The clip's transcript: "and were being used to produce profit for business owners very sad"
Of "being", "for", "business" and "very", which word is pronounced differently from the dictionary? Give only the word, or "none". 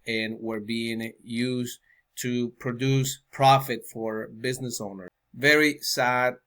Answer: none